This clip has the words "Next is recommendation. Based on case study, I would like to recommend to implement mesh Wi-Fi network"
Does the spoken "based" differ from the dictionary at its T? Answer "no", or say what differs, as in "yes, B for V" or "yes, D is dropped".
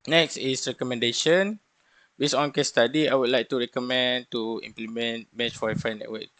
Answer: yes, T is dropped